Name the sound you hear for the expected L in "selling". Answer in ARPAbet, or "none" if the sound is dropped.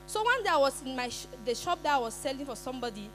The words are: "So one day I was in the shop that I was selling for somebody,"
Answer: L